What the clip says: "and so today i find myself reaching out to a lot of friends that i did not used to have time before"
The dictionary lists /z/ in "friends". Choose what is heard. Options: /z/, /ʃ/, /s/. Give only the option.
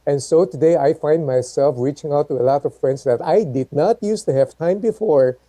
/s/